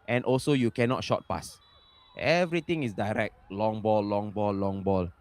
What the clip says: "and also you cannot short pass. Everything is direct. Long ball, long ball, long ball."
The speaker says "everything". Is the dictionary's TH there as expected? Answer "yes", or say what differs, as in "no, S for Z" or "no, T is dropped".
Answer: no, T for TH